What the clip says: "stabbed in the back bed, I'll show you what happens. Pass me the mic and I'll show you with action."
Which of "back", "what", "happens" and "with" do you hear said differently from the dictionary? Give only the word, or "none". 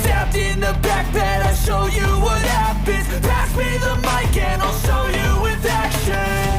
happens